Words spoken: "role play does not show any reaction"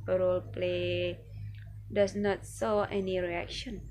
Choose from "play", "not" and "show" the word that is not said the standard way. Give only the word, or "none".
show